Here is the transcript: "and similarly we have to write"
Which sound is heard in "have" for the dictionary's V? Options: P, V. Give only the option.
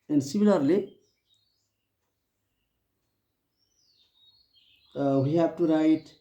P